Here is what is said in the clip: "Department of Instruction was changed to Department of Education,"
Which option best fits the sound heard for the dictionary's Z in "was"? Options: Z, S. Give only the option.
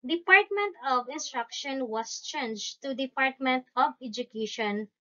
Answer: S